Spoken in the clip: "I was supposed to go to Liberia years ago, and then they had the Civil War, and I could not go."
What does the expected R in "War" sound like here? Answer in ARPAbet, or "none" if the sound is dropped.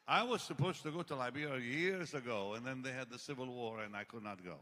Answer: R